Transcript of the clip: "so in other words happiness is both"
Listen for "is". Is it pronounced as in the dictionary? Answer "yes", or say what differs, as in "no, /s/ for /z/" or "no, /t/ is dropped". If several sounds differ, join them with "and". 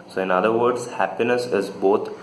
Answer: yes